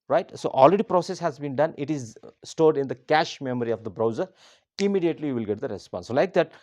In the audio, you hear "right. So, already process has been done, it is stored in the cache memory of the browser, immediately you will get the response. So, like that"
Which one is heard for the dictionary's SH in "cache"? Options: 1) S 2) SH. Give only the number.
2